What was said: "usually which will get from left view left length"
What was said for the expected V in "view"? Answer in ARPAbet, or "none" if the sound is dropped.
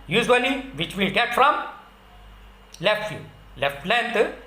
F